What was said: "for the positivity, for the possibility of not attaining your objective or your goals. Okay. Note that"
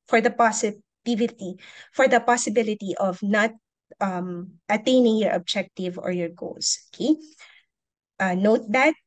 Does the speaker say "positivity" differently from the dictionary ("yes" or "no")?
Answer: yes